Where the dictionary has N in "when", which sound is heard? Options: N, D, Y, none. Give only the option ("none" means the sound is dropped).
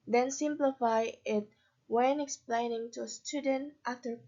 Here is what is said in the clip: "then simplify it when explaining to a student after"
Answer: N